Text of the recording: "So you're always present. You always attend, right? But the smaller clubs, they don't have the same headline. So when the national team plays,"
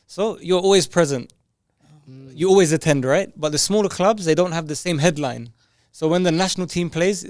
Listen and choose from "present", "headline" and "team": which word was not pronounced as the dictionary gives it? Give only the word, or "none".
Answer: none